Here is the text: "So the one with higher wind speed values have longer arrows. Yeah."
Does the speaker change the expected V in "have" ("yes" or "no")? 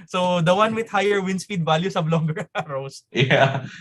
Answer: yes